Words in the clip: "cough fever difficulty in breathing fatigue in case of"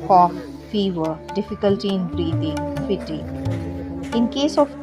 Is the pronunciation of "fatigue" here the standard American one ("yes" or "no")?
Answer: no